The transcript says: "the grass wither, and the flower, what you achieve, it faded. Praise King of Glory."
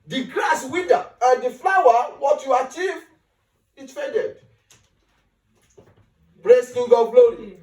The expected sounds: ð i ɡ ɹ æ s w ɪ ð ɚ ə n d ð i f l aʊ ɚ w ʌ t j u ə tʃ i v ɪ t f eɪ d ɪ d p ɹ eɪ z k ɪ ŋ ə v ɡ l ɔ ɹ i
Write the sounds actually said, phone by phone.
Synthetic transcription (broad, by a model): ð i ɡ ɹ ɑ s w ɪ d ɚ ə n d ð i f l aʊ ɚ w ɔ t j u ə tʃ i v ɪ t f eɪ d ɪ d b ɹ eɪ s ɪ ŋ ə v ɡ l ɔ ɹ i